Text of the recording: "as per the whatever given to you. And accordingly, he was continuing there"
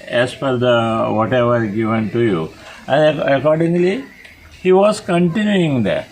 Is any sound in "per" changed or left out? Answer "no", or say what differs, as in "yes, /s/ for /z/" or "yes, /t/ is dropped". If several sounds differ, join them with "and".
yes, /f/ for /p/